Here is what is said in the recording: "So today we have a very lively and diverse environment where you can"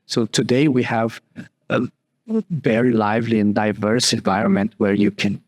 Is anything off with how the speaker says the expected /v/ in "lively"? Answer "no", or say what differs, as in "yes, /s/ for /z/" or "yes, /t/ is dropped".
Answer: no